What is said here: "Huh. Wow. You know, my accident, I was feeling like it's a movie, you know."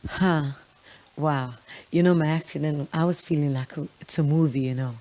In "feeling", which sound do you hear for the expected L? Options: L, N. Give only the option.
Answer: L